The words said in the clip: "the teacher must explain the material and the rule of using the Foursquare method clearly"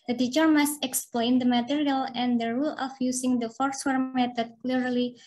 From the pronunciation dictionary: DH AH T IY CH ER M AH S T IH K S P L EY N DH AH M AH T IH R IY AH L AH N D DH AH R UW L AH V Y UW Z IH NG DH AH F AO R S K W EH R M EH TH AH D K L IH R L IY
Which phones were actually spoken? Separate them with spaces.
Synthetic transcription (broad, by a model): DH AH T IY CH ER M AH S T IH K S P L EY N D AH M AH T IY R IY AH L AH N D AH R UW L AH F Y UW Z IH NG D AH F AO R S W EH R M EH T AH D K L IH R L IY